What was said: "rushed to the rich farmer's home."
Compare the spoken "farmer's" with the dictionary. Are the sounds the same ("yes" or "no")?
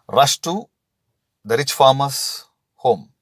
no